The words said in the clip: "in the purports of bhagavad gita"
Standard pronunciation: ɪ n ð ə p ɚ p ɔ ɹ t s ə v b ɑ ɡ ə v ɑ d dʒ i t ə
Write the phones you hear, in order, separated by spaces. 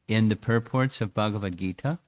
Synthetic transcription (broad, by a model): ɪ n ð ə p ɚ p ɔ ɹ t s ə v b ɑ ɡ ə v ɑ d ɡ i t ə